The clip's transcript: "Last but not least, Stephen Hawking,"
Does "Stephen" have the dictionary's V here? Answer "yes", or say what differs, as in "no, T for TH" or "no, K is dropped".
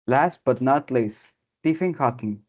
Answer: no, F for V